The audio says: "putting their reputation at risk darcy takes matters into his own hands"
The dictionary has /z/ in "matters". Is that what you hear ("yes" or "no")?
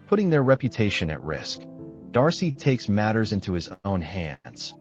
yes